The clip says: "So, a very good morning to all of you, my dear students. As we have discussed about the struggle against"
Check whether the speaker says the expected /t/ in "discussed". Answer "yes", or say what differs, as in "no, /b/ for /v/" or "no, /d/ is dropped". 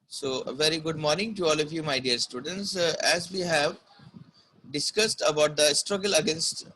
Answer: yes